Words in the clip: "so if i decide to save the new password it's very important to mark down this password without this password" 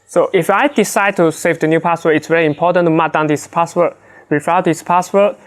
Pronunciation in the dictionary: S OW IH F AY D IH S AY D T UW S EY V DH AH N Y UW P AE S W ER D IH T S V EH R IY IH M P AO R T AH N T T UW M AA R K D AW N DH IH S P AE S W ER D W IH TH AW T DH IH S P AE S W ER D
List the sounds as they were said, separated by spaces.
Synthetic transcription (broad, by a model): S OW IH F AY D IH S AY D T UW S EY V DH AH N Y UW P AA S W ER IH T S V EH R IY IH M P AO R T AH N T T UW M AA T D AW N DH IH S P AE S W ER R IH F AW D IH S P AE S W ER